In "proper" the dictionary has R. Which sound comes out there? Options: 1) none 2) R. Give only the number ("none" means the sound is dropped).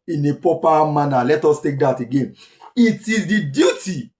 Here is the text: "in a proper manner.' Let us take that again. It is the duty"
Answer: 1